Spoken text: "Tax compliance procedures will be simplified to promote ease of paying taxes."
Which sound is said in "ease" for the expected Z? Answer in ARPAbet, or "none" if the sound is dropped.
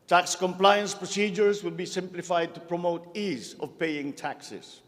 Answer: Z